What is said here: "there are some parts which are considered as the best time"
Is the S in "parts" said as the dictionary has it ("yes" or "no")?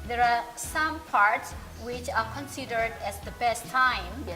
yes